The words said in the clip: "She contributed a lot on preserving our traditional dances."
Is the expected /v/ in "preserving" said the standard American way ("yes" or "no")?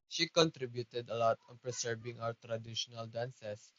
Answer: no